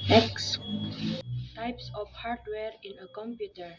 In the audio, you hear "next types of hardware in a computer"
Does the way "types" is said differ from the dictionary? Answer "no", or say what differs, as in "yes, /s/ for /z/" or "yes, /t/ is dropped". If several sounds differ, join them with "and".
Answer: no